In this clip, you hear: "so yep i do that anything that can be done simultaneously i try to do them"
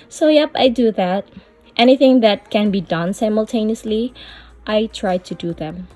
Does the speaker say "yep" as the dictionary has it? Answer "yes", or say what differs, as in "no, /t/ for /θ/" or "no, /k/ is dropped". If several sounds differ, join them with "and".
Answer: yes